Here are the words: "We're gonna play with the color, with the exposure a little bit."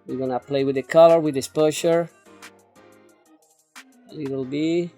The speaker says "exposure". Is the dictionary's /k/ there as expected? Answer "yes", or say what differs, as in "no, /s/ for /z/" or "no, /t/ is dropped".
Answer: no, /k/ is dropped